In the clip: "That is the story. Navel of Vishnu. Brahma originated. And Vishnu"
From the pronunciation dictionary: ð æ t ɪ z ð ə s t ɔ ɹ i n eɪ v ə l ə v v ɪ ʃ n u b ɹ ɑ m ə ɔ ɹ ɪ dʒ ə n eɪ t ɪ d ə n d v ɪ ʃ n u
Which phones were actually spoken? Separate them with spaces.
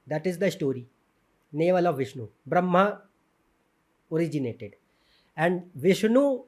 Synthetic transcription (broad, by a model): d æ t ɪ z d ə s t ɔ ɹ i n eɪ v ə l ə v v ɪ ʃ n u b ɹ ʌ m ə ɔ ɹ ɪ dʒ ə n eɪ t ɪ d ə n d v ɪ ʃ n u